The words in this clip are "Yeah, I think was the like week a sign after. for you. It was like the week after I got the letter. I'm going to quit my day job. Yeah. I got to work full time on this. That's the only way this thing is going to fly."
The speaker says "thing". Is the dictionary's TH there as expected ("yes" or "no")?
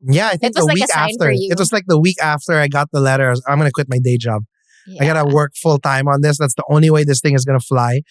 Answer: yes